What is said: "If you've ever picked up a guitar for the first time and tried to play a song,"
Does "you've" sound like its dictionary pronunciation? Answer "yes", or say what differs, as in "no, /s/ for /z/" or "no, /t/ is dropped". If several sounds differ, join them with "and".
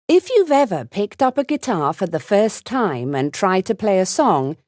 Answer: yes